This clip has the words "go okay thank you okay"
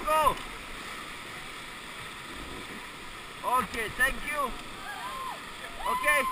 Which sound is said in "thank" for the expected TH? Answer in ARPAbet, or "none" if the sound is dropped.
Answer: T